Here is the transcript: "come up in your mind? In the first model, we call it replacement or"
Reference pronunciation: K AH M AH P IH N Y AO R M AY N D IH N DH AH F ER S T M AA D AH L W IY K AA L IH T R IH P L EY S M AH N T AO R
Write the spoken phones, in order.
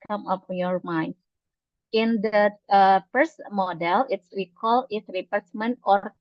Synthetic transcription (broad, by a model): K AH M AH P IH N Y AO R M AY N D IH N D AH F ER S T M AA D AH L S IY K AA L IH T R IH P EY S M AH N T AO R